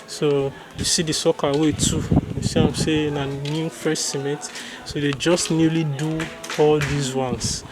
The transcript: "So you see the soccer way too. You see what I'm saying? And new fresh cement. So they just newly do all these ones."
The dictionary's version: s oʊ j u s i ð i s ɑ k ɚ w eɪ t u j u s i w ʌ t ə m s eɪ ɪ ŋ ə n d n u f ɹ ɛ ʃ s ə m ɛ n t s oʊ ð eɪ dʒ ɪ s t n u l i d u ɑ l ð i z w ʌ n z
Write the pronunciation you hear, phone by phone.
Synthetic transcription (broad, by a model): s oʊ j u s i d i s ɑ k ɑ w eɪ t u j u s i ə m s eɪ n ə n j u f ɛ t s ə m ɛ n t s oʊ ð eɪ dʒ ɪ s t n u l i d u ɑ l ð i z w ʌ n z